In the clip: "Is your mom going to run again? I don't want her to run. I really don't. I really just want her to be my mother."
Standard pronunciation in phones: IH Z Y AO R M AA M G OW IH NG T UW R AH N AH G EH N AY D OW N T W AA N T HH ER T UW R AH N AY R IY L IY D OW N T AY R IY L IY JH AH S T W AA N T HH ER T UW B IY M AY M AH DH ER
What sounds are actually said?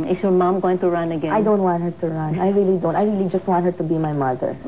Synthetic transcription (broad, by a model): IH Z Y AO R M AA M G OW IH NG T UW R AH N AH G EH AY D OW N T W AA N T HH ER T UW R AH N AY R IY L IY D OW N T AY R IY L IY JH AH S T W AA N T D T UW B IY M AY M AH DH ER